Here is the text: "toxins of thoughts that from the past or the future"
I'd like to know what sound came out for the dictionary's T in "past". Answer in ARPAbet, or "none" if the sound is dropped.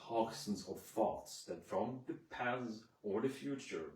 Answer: none